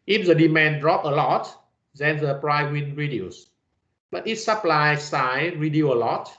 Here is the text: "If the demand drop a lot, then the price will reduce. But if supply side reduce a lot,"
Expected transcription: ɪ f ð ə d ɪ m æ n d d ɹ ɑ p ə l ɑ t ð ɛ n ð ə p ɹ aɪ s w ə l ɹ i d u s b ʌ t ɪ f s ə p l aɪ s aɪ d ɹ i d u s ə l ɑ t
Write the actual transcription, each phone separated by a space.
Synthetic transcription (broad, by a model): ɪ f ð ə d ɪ m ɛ n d d ɹ ɑ p ə l ɑ t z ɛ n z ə p ɹ aɪ w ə n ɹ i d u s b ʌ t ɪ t s ə p l aɪ s aɪ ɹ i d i ə l ɑ t